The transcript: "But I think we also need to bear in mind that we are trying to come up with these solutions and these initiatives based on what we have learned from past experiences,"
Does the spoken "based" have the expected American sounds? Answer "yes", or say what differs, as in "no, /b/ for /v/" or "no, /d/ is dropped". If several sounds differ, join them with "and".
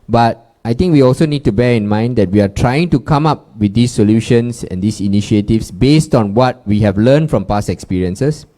yes